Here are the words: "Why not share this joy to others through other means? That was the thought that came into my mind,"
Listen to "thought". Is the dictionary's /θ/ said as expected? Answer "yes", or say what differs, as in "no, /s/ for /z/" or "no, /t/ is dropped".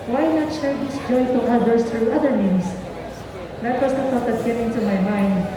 no, /t/ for /θ/